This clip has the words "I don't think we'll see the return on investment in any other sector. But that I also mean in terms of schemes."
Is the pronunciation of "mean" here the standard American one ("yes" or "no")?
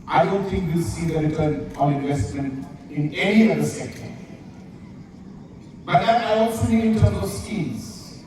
no